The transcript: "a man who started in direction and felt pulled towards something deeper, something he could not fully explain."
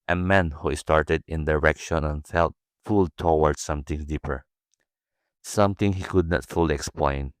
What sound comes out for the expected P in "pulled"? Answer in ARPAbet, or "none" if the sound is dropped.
F